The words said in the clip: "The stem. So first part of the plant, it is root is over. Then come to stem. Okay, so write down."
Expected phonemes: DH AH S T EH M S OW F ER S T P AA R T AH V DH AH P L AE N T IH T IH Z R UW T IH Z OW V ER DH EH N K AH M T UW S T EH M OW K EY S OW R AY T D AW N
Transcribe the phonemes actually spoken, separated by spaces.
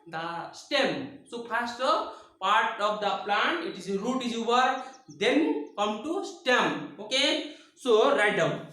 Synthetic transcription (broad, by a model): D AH S T EH M S OW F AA S T P AA R T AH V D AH P L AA N T IH T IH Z R UW T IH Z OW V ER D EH N K AH M T UW S T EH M OW K EY S OW R AY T D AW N